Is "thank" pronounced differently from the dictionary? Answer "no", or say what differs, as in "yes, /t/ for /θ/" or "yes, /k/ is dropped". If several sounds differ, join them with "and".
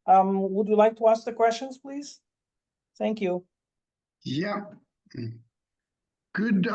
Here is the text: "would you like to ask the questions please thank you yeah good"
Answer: no